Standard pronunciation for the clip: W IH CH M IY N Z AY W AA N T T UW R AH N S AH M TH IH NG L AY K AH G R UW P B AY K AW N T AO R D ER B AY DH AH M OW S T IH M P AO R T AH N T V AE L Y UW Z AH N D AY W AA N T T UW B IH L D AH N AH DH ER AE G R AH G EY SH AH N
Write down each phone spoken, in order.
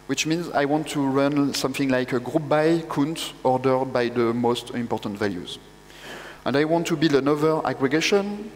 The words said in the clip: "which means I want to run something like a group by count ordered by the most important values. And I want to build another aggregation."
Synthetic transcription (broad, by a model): W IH CH M IY N Z AY W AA N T T UW R AH N S AH M TH IH NG L AY K AH G R UW P B AY K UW N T AO R D ER B AY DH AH M OW S T IH M P AO R T AH N T V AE L Y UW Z AH N D AY W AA N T T UW B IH L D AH N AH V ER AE G R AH G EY SH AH N